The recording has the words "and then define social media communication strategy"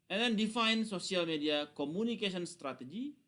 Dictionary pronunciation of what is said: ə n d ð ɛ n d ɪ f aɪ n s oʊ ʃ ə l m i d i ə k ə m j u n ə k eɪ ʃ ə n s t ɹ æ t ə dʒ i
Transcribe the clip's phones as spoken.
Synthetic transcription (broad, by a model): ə n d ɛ n d ɪ f aɪ n s oʊ s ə l m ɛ d i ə k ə m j u n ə k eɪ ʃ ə n s t ɹ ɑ t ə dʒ i